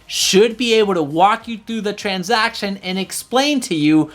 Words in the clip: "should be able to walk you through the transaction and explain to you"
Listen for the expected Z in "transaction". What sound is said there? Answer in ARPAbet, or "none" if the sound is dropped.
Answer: Z